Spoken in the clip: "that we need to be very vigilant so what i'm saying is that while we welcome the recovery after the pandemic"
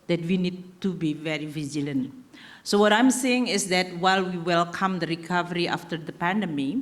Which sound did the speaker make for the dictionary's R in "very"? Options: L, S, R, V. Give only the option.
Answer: R